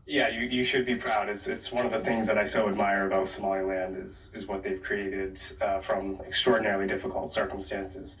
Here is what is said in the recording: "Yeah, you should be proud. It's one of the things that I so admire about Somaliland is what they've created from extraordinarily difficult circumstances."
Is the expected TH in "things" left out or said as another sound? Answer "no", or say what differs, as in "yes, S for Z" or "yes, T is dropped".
no